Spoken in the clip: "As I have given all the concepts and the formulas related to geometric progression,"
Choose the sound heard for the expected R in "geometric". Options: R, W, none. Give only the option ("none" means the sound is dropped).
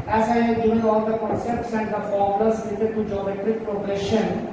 none